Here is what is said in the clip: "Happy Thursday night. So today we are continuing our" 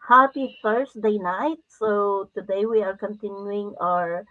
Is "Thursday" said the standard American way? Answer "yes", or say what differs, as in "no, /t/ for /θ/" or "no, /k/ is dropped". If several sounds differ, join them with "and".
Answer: no, /f/ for /θ/ and /s/ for /z/